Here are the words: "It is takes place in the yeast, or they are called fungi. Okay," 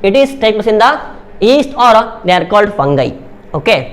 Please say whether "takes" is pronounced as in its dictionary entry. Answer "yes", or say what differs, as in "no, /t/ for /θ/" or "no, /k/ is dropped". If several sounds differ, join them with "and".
no, /s/ is dropped